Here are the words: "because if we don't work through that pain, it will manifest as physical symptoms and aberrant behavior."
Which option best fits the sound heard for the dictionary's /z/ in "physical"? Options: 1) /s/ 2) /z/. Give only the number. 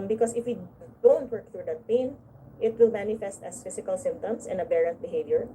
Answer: 1